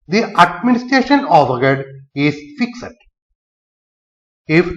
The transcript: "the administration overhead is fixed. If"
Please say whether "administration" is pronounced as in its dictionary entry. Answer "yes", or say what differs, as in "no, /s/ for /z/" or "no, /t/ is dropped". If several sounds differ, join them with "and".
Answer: yes